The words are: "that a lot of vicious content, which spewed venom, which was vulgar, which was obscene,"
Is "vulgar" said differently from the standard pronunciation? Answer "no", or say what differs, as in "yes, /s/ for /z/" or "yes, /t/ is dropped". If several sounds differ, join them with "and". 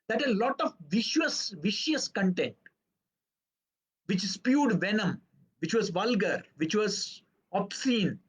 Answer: no